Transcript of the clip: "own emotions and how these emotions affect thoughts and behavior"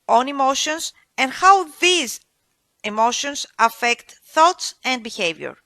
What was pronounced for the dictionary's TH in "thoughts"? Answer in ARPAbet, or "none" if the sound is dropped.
TH